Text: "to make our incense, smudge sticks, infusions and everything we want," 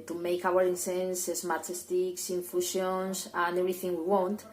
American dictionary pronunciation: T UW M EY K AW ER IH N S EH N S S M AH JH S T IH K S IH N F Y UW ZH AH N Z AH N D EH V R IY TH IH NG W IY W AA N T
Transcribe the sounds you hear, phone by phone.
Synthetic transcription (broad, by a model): T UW M EY K AW ER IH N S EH N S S M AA CH S T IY K S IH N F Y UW SH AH N S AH N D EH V R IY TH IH NG W IY W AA N T